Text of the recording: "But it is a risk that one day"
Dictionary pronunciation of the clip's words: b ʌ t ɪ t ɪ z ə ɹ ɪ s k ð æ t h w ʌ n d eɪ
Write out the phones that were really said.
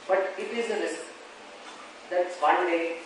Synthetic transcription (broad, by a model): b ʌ t ɪ t ɪ z ə l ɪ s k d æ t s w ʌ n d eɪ